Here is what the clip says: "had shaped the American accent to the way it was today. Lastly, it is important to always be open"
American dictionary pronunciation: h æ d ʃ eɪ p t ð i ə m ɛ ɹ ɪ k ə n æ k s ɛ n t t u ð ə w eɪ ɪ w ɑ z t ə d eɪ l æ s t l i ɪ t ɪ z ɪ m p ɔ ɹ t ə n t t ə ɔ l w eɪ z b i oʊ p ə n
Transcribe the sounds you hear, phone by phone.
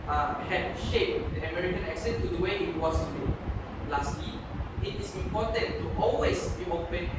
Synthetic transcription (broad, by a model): h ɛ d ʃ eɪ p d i ə m ɛ ɹ ɪ k ə n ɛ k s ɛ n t t u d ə w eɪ ɪ w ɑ s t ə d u l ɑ s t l i ɪ t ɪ s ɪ m p ɔ t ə n t t ɔ l w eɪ s b i oʊ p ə n